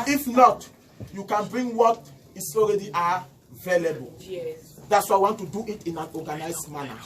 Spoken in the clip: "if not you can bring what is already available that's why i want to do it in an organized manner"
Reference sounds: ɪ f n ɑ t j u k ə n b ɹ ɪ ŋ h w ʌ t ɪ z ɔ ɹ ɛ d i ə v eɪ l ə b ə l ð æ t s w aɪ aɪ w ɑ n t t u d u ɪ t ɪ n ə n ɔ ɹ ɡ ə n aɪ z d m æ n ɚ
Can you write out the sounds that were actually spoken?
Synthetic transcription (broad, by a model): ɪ f n ɑ t j u k ə n b ɹ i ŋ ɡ w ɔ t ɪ s ɔ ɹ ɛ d i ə v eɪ l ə b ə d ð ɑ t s w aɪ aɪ w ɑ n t t u d u ɪ t ɪ n ə n ɔ ɡ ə n aɪ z m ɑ n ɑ